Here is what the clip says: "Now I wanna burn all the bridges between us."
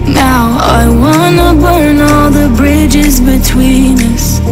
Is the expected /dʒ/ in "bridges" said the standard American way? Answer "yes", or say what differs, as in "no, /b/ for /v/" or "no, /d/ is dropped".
yes